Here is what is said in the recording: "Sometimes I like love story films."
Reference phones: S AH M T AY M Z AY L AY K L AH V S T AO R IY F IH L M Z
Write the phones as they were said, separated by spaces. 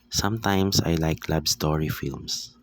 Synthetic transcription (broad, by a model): S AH M T AY M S AY L AY K L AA B S T AO R IY F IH L M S